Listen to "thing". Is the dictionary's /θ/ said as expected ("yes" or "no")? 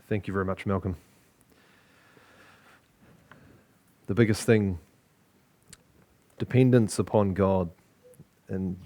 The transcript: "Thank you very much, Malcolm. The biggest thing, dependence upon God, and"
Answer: yes